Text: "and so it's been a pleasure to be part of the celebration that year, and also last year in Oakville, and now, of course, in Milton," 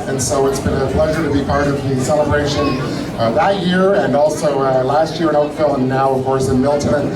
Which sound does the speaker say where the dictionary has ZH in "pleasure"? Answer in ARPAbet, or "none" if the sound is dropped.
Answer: ZH